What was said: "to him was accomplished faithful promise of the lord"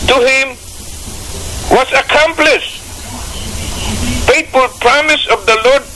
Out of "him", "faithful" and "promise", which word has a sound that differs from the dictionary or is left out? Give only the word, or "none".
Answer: faithful